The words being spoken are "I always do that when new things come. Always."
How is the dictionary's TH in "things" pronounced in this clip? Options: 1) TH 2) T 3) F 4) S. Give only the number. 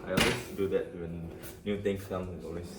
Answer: 2